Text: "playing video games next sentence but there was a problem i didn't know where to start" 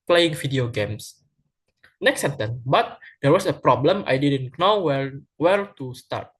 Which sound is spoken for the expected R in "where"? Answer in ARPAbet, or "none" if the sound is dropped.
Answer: L